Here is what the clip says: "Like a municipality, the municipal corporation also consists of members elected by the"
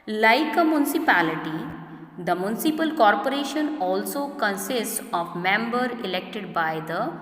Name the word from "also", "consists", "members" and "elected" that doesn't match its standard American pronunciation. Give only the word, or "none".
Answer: members